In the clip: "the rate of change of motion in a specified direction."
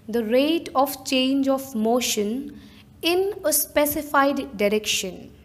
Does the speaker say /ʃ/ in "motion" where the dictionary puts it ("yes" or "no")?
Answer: yes